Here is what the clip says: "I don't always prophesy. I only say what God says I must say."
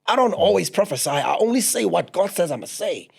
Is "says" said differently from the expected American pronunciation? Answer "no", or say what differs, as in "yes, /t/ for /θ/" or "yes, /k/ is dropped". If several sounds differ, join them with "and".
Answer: no